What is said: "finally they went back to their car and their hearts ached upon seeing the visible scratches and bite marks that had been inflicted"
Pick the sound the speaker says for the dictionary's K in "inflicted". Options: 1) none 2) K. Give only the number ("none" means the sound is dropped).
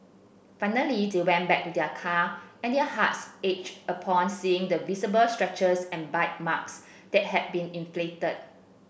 1